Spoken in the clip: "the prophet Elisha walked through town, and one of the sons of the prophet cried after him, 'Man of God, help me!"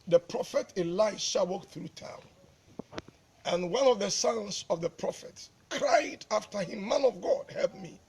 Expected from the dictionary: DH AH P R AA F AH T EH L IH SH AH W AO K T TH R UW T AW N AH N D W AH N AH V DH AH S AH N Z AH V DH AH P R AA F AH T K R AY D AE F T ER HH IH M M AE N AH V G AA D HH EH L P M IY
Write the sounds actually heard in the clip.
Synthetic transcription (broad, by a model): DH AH P R AA F AH T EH L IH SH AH W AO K TH R UW T AW N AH N W AH N AH V DH AH S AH N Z AH V DH AH P R AA F AH T K R AY D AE F T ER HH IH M M AE N AH V G AA D HH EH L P M IY